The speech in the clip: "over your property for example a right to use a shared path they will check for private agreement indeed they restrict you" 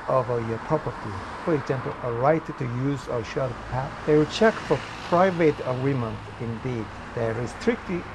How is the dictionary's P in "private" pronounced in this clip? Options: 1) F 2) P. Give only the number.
2